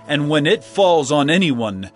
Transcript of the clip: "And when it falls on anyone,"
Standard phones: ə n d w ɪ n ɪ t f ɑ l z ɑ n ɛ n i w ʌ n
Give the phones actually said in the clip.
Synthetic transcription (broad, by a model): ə n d w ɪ n ɪ t f ɑ l z n ɛ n i w ʌ n